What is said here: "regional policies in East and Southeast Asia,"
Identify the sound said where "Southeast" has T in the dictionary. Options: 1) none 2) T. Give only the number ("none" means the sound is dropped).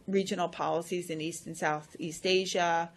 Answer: 2